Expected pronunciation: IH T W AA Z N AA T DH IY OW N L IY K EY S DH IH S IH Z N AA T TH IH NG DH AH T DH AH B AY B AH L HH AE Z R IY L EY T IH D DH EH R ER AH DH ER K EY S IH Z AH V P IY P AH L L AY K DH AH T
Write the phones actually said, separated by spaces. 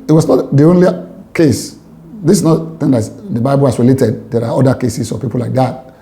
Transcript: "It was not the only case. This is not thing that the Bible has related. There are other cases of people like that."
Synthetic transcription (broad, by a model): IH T W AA S N AA T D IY OW N L IY K EY S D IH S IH S N AA T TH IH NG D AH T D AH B AY B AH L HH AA S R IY L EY T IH D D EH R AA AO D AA K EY S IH S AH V P IY P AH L L AY K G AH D